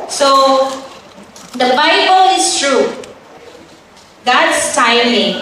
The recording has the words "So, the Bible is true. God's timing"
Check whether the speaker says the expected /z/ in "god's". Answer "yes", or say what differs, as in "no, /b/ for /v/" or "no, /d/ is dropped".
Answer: no, /s/ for /z/